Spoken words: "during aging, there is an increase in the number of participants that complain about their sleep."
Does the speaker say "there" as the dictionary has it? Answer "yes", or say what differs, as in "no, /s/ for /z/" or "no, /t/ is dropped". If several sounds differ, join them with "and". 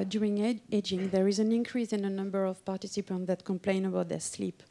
yes